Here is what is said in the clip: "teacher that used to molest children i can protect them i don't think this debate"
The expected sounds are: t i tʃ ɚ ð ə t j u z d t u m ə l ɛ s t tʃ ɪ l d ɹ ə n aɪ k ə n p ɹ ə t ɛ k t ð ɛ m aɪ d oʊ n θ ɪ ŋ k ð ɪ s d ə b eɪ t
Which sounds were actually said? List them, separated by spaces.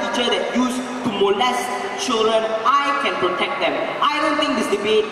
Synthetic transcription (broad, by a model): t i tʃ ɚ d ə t j u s t u m ə l ɛ s t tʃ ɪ l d ɹ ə n aɪ k ə n p ɹ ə t ɛ k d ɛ m aɪ d oʊ n t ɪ ŋ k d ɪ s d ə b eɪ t